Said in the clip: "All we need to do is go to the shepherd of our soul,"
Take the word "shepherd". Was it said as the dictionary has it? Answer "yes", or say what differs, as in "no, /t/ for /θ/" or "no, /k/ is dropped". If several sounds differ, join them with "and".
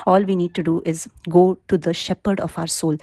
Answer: yes